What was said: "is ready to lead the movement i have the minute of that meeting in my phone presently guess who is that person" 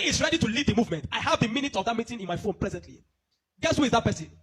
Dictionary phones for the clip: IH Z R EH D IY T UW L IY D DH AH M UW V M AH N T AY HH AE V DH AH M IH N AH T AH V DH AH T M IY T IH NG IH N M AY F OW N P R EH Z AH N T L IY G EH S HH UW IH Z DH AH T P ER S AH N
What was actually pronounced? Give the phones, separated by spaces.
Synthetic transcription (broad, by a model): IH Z R EH D IY T UW L IY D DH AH M UW V M AH N T AY HH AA V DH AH M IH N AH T AH V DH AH T M IY T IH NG IH N M AY F OW N P R EH Z AH N T L IY G EH S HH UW IH Z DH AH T P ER S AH N